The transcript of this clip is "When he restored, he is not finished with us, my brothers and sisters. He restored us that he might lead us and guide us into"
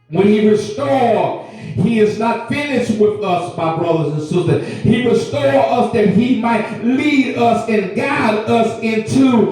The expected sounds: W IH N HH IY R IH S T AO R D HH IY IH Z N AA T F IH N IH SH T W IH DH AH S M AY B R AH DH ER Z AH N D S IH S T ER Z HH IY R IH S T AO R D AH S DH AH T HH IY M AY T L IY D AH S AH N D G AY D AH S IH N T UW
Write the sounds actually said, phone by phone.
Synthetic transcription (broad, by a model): W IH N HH IY R IH S T AO R D HH IY IH Z N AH T F IH N IH SH T W IH DH AH S M AY B R AH DH ER Z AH N S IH S T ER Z HH IY R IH S T AO R AH S DH AH T HH IY M AY T L IY D AH S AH N G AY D AH S IH N T UW